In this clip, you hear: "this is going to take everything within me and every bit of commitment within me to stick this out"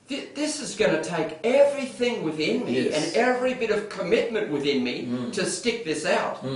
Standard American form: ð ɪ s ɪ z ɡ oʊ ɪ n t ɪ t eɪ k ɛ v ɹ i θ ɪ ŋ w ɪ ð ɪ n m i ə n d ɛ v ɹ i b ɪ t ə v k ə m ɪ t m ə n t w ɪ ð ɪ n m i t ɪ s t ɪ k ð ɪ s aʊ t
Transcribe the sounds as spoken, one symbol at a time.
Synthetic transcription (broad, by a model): ð ɪ s ɪ z ɡ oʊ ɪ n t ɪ t eɪ k ɛ v ɹ i θ ɪ ŋ w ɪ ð ɪ n m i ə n ɛ v ɹ i b ɪ t ə v k ə m ɪ t m ə n t w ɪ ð ɪ n m i t ɪ s t ɪ k ð ɪ s aʊ t